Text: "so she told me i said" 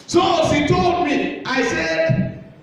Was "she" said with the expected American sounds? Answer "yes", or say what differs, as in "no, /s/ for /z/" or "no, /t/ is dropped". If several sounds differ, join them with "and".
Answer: no, /s/ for /ʃ/